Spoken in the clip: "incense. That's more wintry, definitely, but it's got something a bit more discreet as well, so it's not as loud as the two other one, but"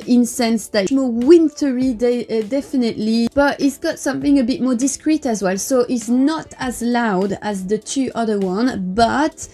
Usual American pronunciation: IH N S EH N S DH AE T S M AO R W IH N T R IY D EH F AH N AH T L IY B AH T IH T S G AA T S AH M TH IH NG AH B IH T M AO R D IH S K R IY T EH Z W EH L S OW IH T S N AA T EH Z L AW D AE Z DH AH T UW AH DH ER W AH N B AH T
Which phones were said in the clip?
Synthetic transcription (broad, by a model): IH N S EH N S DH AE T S M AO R W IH N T R IY D EH F AH N AH T L IY B AH T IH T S G AA T S AH M TH IH NG AH B IH T M AO R D IH S K R IY T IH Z W EH L S OW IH T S N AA T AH Z L AW D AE Z DH AH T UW AH DH ER W AH N B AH T